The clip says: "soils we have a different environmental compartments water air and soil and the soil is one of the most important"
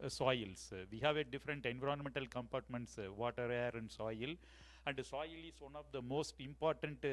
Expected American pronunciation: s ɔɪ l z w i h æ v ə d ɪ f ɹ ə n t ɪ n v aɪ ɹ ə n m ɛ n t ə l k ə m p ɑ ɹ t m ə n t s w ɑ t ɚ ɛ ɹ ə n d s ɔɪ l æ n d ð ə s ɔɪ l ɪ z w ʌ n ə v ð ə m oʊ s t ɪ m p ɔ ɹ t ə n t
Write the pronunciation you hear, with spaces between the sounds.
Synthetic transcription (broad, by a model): s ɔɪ l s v i h æ v ə d ɪ f ɹ ə n t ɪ n v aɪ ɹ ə n m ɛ n t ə l k ə m p ɑ ɹ t m ə n t s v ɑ t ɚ ɛ ɹ ə n d s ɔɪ l æ n d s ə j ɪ l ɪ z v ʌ n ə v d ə m oʊ s t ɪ m p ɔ ɹ t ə n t